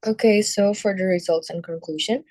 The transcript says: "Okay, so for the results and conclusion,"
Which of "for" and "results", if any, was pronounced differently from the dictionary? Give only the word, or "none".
none